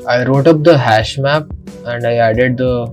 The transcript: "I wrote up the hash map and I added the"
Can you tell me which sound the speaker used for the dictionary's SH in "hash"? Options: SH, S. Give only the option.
SH